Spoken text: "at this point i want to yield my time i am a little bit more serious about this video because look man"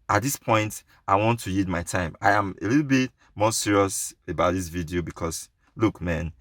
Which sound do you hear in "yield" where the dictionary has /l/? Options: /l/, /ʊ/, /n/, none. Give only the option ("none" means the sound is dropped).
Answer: none